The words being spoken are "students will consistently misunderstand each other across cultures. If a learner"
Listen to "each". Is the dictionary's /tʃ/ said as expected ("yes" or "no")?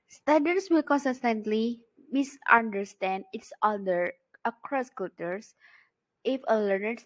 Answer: no